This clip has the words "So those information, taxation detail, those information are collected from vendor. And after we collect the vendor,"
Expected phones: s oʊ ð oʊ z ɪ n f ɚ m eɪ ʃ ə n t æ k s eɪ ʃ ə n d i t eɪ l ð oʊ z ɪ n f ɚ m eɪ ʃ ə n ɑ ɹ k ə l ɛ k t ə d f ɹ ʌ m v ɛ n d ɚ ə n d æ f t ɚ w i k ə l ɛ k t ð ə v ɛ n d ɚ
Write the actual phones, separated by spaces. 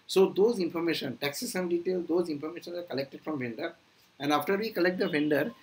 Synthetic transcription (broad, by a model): s oʊ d oʊ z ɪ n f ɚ m eɪ ʃ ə n t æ k s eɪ s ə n d i t eɪ l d oʊ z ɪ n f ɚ m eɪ ʃ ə n ɑ ɹ k ə l ɛ k t ə d f ɹ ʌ m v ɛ n d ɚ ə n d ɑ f t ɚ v i k ə l ɛ k t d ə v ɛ n d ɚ